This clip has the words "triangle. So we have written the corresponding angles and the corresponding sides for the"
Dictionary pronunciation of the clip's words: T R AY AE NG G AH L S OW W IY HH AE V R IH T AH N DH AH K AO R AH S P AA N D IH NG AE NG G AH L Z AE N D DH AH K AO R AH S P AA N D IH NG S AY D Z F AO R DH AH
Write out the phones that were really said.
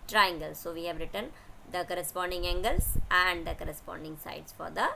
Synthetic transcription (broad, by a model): T R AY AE NG G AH L S OW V IY HH AE V R IH T AH N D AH K AO R AH S P AA N D IH NG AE NG G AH L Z AE N D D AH K AO R AH S P AA N D IH NG S AY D S F AO R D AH